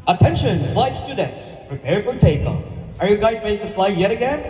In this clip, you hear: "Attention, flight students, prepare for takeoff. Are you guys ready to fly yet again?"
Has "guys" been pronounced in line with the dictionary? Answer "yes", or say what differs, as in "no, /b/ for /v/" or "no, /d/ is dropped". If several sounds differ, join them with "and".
yes